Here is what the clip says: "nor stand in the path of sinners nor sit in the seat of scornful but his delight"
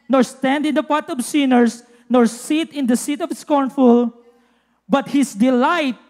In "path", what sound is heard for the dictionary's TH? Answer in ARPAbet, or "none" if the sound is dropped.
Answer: T